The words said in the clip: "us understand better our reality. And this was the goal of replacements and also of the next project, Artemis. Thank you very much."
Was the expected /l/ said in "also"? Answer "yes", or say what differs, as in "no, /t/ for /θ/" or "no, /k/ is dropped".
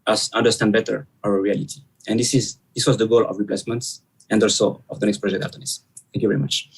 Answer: yes